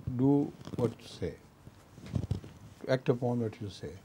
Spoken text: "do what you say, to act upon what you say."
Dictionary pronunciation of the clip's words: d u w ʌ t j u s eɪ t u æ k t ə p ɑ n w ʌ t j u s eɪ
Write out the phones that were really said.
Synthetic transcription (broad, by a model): d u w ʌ t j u s eɪ t u æ k t ə p ɑ n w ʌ t j u s eɪ